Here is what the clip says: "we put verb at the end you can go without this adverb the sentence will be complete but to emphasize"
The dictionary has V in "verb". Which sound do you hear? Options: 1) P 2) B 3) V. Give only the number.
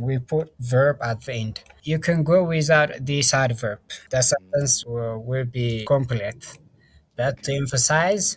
3